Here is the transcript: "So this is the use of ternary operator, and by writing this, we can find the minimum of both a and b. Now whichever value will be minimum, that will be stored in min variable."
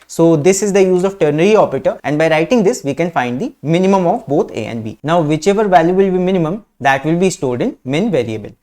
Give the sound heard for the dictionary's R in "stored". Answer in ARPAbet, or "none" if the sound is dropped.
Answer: L